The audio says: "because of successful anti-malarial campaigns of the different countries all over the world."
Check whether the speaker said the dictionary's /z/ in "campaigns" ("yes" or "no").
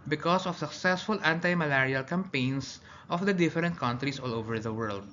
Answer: no